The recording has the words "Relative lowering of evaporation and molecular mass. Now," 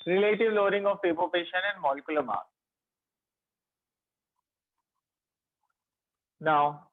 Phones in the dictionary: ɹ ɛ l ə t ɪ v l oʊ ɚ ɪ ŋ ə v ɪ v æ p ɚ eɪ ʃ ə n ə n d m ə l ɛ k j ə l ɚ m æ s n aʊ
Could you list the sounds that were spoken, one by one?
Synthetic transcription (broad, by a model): ɹ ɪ l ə t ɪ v l oʊ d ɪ ŋ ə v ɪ p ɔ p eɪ ʃ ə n ə n d m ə l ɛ k j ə l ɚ m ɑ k n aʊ